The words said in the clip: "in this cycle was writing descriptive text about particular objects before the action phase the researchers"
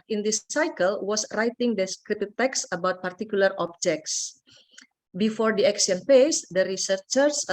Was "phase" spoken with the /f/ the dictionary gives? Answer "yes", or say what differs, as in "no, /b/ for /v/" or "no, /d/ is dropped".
no, /p/ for /f/